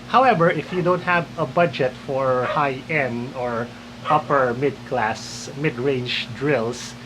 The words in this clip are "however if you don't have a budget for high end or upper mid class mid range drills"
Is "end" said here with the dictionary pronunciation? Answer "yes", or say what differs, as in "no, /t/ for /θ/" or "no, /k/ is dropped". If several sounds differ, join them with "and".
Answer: no, /d/ is dropped